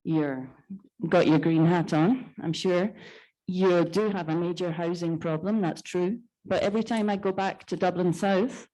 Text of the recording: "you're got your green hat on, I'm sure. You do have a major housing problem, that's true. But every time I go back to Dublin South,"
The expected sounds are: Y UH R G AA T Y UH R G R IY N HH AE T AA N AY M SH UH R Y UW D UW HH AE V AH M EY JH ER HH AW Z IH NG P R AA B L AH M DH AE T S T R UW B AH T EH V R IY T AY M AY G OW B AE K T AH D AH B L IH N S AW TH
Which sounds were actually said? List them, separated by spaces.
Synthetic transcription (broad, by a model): Y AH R G AA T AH R G R IY N HH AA T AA N AY M SH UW R Y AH D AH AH V AH M EY JH ER HH AW Z IH NG P R AA B L AH M DH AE T S T R UW B AH T EH V R IY T AY M AY G OW B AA K T AH D AH B L IH N S AW TH